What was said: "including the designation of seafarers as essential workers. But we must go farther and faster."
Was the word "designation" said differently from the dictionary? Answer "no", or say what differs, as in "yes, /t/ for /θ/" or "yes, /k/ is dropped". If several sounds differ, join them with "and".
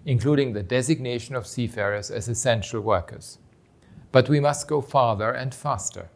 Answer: no